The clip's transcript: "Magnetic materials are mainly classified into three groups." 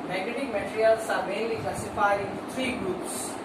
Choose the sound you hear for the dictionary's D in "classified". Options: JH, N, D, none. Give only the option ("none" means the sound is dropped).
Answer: none